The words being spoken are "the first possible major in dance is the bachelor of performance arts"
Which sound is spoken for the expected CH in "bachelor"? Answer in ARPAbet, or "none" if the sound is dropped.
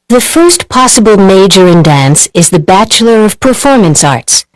CH